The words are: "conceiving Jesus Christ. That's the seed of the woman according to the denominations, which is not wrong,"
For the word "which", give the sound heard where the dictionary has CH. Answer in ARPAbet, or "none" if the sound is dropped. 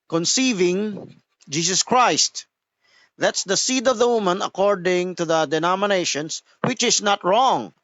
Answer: CH